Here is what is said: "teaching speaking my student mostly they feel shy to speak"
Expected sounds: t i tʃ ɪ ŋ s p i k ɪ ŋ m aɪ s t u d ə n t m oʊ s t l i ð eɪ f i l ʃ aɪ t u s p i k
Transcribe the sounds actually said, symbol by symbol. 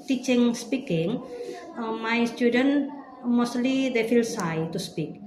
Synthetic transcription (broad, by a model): t i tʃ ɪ ŋ s p i k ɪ ŋ m aɪ s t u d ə n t m oʊ s t l i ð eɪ f i l s aɪ t u s p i k